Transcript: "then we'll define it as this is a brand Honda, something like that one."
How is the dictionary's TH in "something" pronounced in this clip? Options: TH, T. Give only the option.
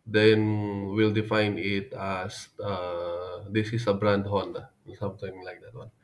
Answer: T